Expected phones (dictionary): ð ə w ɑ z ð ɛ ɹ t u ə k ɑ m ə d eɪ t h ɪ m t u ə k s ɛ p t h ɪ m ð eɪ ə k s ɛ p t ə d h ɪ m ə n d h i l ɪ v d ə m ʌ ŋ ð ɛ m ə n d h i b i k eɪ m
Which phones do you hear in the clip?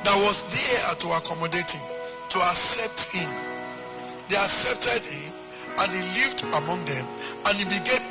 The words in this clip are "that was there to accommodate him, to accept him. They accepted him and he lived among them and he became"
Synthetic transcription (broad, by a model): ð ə w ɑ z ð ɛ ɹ t u ə k ɑ m ə d eɪ t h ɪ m t u ə k s ɛ p t h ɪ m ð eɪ ə k s ɛ p t ə d h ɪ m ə n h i l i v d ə m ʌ ŋ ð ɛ m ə n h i b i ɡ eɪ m